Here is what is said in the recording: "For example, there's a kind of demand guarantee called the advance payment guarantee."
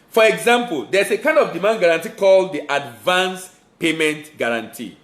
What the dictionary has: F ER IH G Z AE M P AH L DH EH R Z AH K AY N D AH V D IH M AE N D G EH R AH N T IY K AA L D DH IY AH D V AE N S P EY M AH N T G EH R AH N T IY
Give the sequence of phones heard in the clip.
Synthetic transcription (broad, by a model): F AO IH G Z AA M P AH L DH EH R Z AH K AY N D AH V D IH M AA N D G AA R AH N T IY K AA L D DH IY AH D V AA N S P EY M AH N T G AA R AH N T IY